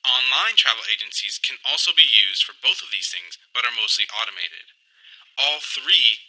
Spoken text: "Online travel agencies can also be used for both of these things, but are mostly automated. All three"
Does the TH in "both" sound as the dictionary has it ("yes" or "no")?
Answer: yes